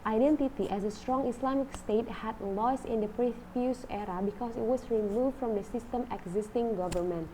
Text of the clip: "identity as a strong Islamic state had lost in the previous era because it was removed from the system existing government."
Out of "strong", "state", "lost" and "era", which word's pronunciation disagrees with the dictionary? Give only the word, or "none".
lost